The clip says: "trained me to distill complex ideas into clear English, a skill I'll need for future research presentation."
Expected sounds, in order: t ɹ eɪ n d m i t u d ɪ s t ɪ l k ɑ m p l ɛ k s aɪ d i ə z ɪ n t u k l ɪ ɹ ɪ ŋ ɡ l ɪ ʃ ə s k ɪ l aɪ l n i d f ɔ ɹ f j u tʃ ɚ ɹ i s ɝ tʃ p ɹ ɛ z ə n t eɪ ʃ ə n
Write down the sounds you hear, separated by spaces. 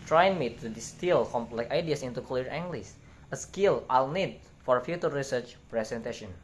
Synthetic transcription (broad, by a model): t ɹ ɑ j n m i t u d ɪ s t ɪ l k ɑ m l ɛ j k aɪ d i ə s ɪ n t u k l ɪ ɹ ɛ ŋ ɡ l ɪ s ə s k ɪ l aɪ l n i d f ɔ ɹ f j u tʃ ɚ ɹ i s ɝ tʃ p ɹ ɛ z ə n t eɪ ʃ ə n